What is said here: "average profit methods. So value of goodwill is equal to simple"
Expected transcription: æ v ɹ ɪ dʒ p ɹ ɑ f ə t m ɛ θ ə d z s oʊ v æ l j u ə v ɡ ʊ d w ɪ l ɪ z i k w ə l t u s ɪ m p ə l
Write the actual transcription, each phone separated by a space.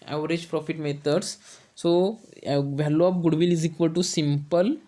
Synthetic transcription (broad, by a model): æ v ɹ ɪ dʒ p ɹ ɑ f ə t m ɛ t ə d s s oʊ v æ l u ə p ɡ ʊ d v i l ɪ z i k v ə l t u s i m p ə l